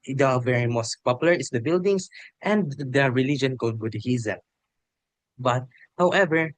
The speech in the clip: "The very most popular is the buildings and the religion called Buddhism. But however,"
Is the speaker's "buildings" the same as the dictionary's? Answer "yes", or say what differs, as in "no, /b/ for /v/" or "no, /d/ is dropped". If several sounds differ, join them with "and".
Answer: no, /s/ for /z/